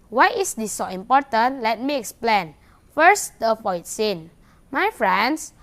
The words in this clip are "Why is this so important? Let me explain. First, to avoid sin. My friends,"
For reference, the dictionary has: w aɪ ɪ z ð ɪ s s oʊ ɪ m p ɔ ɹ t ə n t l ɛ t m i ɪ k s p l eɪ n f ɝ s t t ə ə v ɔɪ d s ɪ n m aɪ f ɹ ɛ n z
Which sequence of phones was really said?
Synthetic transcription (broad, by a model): w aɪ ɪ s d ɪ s s oʊ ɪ m p ɔ t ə n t l ɛ t m i ɪ k s p l eɪ n f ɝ s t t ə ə f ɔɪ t s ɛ n m aɪ f ɹ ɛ n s